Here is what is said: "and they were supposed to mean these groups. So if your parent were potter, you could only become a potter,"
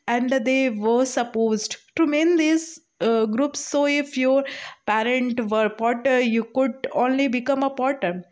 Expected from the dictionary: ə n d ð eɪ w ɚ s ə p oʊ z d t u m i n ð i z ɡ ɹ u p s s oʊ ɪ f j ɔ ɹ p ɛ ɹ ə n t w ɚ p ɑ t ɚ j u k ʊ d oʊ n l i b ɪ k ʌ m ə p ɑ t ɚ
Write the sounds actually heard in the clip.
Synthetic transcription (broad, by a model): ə n d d eɪ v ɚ s ə p oʊ z d t u m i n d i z ɡ ɹ u p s s oʊ ɪ f j ɔ ɹ p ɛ ɹ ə n t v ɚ p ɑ t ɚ j u k ʊ d oʊ n l i b ɪ k ʌ m ə p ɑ t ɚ